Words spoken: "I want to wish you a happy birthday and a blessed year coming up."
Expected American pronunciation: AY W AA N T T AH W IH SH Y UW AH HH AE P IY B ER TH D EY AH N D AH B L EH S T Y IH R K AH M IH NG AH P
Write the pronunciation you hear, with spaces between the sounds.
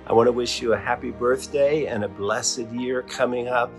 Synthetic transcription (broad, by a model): AY W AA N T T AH W IH SH Y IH AH HH AE P IY B ER TH D EY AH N AH B L EH S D Y IH R K AH M IH NG AH P